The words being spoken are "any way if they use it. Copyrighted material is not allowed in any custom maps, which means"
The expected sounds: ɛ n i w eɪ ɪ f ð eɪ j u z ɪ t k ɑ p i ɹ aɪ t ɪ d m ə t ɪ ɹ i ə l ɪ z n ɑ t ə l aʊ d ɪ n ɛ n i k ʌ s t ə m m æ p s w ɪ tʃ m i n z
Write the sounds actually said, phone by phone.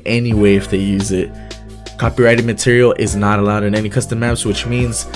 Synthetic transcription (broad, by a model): ɛ n i w eɪ ɪ f ð eɪ j u z ɪ t k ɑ p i ɹ aɪ t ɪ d m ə t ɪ ɹ i l ɪ z n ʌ t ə l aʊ d ɪ n ɛ n i k ʌ s t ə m m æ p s w ɪ tʃ m i n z